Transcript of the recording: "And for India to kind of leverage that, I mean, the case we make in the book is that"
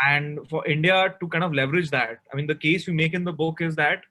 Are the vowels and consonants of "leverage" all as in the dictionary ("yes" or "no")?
yes